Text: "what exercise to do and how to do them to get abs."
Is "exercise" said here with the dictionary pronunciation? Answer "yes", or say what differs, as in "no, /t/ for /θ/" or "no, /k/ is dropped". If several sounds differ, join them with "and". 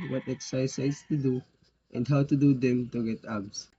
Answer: no, /s/ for /z/